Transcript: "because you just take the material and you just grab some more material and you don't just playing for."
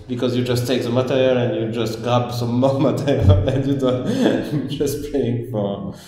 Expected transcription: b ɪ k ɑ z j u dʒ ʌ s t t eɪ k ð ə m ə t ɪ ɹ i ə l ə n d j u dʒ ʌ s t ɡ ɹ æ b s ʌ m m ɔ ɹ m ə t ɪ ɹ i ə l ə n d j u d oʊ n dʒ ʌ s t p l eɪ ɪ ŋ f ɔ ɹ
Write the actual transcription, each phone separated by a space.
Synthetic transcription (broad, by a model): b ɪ k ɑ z j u dʒ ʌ s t t eɪ k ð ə m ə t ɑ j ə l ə n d j u dʒ ʌ s t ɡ ɑ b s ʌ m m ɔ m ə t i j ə n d j u d oʊ n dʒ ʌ s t p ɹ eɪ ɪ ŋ f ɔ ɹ